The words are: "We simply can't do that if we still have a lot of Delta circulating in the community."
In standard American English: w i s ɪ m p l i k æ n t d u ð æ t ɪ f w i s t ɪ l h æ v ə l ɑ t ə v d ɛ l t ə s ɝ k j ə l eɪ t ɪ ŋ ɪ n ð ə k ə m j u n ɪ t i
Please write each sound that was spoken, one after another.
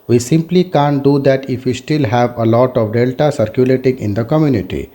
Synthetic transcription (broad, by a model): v i s ɪ m p l i k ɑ n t d u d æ t ɪ f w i s t ɪ l h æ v ə l ɑ t ə v d ɛ l t ə s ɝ k j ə l eɪ t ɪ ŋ ɪ n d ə k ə m j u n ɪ t i